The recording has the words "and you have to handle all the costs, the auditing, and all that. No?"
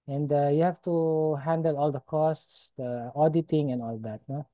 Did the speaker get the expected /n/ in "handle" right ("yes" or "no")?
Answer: yes